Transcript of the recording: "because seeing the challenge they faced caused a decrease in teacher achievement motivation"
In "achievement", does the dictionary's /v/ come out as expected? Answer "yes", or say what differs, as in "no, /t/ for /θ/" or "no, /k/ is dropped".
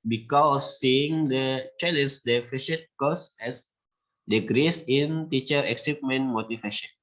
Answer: no, /p/ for /v/